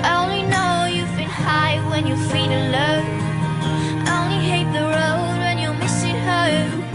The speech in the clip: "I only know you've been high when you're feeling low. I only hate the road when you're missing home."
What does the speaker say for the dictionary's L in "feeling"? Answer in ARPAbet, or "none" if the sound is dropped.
N